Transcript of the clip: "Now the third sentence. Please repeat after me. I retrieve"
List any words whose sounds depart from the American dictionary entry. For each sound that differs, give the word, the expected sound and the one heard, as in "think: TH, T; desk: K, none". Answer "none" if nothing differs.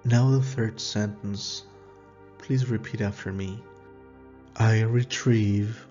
none